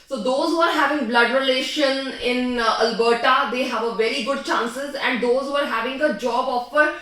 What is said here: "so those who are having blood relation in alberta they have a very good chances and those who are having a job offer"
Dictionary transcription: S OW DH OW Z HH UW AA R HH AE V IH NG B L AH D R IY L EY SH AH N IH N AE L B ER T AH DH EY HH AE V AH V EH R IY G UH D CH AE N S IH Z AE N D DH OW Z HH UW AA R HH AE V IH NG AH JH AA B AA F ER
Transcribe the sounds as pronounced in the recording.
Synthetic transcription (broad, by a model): S OW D OW Z HH UW AA R HH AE V IH NG B L AH D R IY L EY SH AH N IH N AE L B ER T AH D EY HH AE V AH V EH R IY G UH D CH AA N S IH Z AE N D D OW Z HH UW AA R HH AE V IH NG AH JH AA B AA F ER